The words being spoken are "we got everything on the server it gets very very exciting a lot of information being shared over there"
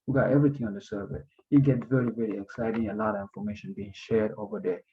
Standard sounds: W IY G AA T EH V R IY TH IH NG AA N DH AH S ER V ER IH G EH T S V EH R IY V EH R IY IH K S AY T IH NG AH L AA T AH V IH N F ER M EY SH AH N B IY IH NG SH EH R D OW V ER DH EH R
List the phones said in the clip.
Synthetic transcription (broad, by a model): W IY G AA T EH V R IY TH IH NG AA N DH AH S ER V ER IH G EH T V EH R IY V EH R IY IH K S AY T IH NG AH L AA T AH V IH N F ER M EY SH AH N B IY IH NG SH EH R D OW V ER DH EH